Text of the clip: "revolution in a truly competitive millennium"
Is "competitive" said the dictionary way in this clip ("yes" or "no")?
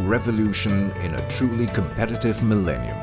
yes